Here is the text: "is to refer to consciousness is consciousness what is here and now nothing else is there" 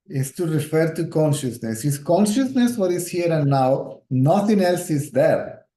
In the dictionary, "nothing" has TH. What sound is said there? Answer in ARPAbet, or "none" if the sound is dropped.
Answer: T